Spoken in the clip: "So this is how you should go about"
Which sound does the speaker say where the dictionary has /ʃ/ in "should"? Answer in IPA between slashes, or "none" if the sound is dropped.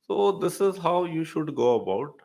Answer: /ʃ/